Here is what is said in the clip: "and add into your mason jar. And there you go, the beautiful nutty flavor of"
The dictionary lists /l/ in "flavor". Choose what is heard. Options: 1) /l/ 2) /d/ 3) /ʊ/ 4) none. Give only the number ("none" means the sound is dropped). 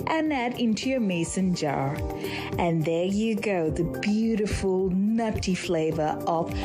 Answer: 1